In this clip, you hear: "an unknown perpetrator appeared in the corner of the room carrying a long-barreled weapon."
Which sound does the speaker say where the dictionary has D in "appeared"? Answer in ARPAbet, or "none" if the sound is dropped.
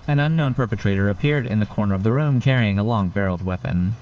D